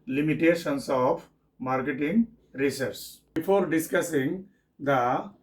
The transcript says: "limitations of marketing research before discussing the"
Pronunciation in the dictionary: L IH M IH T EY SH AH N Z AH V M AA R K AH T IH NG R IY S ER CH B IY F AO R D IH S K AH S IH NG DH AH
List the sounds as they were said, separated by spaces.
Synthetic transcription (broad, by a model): L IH M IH T EY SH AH N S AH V M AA R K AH T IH NG R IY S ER S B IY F AO R D IH S K AH S IH NG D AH